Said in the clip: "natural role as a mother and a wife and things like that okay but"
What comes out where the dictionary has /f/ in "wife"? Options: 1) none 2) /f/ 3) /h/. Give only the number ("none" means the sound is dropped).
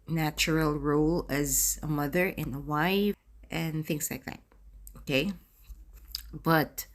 1